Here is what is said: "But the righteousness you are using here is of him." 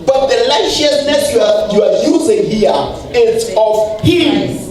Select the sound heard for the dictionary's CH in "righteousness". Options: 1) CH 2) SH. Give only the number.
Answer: 2